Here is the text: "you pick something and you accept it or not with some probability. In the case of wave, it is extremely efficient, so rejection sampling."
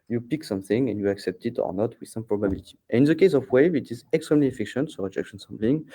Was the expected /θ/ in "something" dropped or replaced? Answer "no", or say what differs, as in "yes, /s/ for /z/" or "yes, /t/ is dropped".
no